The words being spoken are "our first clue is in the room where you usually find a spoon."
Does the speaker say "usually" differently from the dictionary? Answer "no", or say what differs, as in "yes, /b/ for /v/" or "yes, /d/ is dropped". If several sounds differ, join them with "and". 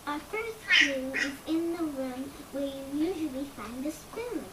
no